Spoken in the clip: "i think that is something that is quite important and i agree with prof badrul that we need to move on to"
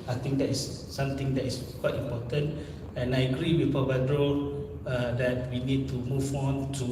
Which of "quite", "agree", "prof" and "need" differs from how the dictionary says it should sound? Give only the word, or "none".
prof